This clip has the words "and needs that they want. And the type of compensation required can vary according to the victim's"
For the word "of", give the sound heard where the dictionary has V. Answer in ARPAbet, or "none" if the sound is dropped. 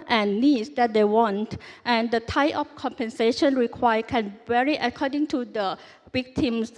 F